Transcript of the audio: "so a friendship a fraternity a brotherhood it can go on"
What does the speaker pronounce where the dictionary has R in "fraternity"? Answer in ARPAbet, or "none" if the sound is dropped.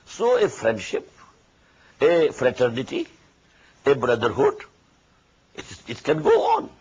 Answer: R